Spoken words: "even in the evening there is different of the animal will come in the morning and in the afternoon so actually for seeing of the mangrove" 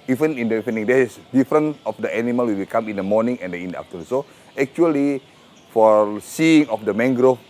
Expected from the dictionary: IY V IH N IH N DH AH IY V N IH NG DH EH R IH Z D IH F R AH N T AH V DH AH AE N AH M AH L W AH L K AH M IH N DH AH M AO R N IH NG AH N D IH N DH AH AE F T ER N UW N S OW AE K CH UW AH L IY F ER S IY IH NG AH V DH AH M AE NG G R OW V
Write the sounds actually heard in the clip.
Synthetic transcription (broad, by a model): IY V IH N IH N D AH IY N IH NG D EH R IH S D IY F R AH N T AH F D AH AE N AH M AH L W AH W K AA M IH N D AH M AO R N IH NG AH N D IH N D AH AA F T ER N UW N S OW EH K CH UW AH L IY F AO S IY IH NG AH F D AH M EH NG G R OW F